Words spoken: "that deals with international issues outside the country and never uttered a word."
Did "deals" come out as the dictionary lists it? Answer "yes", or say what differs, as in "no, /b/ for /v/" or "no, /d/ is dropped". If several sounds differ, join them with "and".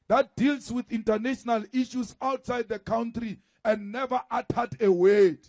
no, /s/ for /z/